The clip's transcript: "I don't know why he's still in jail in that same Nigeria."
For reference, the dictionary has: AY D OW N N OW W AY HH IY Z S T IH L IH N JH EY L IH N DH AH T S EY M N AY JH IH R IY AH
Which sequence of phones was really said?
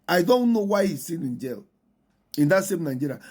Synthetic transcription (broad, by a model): AY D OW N N OW W AY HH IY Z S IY N IH N JH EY L IH N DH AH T S EY M N AY JH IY R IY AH